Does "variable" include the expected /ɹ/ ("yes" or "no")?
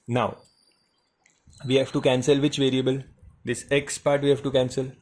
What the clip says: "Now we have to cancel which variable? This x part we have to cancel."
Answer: yes